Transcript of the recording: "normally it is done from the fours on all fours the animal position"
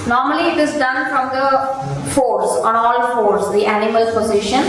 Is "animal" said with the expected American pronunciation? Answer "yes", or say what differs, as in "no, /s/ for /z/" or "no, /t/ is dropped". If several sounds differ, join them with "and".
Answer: yes